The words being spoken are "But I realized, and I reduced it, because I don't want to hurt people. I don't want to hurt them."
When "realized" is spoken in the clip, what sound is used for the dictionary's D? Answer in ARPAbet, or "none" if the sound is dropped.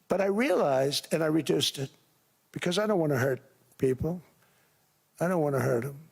D